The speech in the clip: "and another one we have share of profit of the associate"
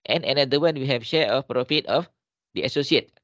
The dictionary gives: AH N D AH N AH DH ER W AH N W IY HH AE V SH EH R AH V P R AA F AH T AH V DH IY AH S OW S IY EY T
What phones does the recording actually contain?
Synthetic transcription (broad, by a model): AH N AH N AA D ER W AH N W IY HH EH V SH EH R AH F P R AA F AH T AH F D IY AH S OW S IY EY T